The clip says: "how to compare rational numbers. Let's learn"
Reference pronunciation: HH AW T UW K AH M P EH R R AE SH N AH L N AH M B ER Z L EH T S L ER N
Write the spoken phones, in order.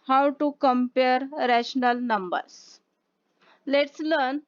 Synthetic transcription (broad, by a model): HH AW T UW K AH M P EH R R AE SH N AH L N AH M B ER S L EH T S L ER N